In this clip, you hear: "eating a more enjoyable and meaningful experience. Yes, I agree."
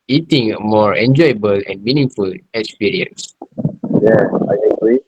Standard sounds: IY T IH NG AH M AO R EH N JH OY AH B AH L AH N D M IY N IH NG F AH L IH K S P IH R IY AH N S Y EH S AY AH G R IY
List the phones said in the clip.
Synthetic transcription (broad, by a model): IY T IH NG AH M AO R EH N JH OY AH B AH L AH N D M IY N IH NG F AH L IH K S P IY R IY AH N S Y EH AY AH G R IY